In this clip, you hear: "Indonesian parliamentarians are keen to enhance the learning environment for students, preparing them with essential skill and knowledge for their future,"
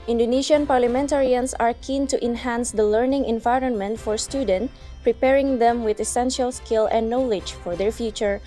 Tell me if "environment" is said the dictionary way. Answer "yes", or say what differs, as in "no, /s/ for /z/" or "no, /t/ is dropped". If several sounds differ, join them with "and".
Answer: yes